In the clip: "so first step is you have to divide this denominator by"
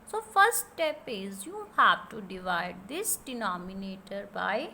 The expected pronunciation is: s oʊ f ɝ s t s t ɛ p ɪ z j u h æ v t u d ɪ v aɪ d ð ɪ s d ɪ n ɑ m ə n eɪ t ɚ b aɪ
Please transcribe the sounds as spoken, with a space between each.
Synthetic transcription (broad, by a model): s oʊ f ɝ t s t ɛ p ɪ z j u h æ v t u d ɪ v aɪ d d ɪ s d ɪ n ɑ m ə n eɪ t ɚ b aɪ